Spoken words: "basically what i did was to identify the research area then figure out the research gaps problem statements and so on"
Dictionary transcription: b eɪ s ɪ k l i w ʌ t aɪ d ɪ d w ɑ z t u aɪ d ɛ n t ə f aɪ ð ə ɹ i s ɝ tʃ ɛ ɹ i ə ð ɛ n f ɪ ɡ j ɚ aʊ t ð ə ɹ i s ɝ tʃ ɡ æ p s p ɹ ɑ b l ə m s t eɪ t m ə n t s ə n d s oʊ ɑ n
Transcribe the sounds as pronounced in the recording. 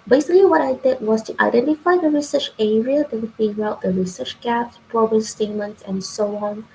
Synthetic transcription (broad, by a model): b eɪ s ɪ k l i w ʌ t aɪ d ɪ d w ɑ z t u aɪ d ɛ n t ə f aɪ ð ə ɹ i s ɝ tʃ ɛ ɹ i ə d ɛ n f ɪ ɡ aʊ t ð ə ɹ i s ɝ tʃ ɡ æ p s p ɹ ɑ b ə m s t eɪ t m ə n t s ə n s oʊ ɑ n